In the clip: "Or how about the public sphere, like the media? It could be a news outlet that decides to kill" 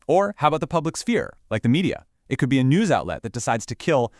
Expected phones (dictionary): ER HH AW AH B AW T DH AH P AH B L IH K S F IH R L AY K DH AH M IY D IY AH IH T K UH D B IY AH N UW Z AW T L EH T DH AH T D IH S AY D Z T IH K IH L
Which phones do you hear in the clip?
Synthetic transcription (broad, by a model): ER HH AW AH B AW T DH AH P AH B L IH K S F IH R L AY K DH AH M IY D IY AH IH T K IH D B IY AH N UW Z AW T L EH T DH AH T D IH S AY D Z T IH K IH L